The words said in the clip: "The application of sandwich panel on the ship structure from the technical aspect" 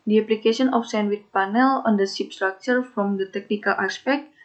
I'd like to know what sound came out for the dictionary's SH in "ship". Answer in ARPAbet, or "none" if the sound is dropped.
S